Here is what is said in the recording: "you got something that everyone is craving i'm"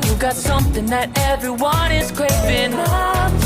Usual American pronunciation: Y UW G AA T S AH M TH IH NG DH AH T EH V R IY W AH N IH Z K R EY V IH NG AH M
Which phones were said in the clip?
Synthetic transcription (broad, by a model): Y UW G AA T S AH M TH IH NG DH AH T EH V R IY W AH N IH Z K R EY IH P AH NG